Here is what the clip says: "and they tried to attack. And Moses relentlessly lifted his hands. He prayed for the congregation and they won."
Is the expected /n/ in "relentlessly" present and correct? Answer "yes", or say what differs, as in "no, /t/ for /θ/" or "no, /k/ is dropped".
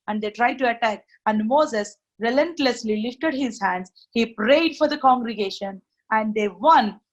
yes